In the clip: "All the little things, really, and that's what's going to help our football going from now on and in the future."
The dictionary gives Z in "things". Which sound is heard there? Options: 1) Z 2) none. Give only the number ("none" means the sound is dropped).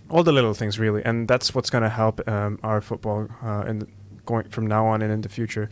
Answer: 1